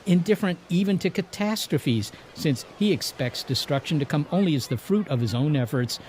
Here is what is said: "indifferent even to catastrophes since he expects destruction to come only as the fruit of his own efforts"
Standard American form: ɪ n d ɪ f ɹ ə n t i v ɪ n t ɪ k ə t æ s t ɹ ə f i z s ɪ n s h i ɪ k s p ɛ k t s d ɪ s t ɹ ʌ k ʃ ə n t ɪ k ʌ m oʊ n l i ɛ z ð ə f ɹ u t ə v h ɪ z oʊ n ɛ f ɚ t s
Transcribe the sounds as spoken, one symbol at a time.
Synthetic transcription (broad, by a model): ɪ n d ɪ f ɹ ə n t i v ɪ n t ɪ k ə t æ s t ɹ ə f i z s ɪ n s h i ɪ k s p ɛ k t s d ɪ s t ɹ ʌ k ʃ ə n t ɪ k ʌ m oʊ n l i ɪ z ð ə f ɹ u t ə v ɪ z oʊ n ɛ f ɚ t s